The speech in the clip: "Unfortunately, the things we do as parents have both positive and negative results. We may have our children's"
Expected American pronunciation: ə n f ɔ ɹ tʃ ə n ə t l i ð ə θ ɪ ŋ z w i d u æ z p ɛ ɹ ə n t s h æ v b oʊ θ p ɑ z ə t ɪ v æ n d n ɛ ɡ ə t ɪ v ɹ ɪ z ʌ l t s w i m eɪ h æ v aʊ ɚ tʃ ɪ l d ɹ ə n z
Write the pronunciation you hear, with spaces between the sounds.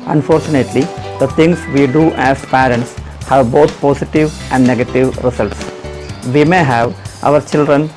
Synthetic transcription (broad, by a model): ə n f ɔ ɹ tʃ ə n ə t l i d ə t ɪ ŋ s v i d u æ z p ɛ ɹ ə n t s h æ v b oʊ t p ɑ s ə t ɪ v æ n d n ɛ ɡ ə t ɪ v ɹ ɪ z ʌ l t s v i m eɪ h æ v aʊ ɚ tʃ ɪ l d ɹ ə n